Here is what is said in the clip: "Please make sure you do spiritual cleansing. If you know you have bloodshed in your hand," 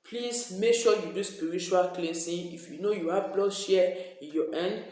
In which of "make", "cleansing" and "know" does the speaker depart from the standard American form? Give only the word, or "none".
cleansing